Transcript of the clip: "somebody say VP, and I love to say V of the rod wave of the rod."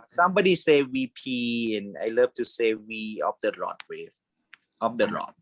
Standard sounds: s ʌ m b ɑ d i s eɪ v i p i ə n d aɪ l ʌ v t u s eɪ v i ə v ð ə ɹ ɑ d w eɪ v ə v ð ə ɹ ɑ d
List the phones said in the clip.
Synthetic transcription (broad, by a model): s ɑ m b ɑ d i s eɪ w i p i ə n aɪ l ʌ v t u s eɪ w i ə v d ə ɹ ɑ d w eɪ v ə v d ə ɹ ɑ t